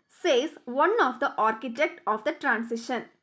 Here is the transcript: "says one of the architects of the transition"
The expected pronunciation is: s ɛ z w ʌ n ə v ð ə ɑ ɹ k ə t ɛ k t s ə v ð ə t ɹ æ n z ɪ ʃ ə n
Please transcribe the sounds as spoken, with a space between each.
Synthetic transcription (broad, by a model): s ɛ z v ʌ n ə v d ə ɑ ɹ k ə t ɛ k t ə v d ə t ɹ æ n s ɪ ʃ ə n